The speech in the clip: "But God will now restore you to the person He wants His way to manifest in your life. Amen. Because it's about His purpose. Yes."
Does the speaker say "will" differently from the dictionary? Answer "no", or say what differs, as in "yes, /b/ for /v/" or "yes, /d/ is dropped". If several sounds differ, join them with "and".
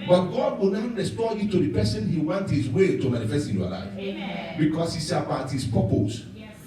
yes, /n/ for /l/